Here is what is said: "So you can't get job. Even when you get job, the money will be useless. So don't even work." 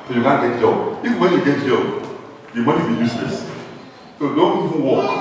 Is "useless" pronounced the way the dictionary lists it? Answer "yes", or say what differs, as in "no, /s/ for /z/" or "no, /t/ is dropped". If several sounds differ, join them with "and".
no, /n/ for /l/